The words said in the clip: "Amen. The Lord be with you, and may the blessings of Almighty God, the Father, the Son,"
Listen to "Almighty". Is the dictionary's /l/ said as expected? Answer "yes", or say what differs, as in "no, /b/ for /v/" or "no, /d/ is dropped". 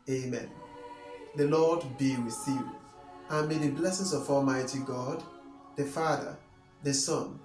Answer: yes